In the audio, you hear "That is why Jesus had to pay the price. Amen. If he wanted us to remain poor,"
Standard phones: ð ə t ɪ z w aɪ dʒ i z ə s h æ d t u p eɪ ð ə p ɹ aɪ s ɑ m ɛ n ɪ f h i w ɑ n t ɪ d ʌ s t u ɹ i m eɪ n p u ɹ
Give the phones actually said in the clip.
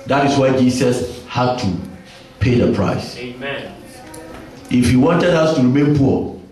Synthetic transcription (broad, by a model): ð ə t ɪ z w aɪ dʒ i s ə s h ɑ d t u p eɪ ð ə p ɹ aɪ s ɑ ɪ f h i w ɑ n t ɪ d ʌ s t u ɹ i m eɪ n p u